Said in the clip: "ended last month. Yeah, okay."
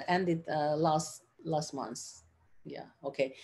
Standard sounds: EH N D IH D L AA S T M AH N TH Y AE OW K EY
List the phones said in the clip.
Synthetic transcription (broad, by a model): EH N D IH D L AA S T M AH N S Y AE OW K EY